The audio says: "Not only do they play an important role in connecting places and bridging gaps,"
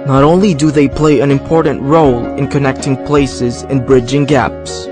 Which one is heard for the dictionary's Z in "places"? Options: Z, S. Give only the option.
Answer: Z